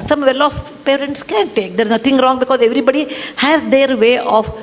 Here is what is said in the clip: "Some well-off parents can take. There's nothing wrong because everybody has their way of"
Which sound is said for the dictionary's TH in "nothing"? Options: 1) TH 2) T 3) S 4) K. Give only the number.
2